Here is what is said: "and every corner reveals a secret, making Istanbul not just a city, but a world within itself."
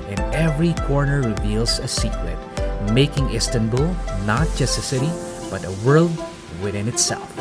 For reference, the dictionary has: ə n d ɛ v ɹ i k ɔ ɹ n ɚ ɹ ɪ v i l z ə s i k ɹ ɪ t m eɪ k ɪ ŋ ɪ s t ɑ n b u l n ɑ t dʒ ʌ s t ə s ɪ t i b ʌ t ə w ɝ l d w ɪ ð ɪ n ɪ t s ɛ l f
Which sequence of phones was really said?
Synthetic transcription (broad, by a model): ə n ɛ v ɹ i k ɔ ɹ n ɚ ɹ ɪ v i l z ə s i k ɹ ɪ t m eɪ k ɪ ŋ ɪ s t ɑ n b u l n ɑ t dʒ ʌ s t ə s ɪ t i b ʌ t ə w ɝ l d w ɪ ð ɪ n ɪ t s ɛ l f